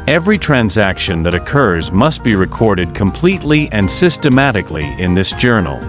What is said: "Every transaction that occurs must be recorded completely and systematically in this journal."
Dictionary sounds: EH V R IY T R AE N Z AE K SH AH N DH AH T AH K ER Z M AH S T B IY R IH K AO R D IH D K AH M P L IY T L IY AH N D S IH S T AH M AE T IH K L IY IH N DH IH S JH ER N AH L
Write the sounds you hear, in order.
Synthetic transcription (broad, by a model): EH V R IY T R AE N Z AE K SH AH N DH AH T AH K ER Z M AH S T B IY R IH K AO R D IH D K AH M P L IY T L IY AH N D S IH S T AH M AE T IH K L IY IH N DH IH S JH ER N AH L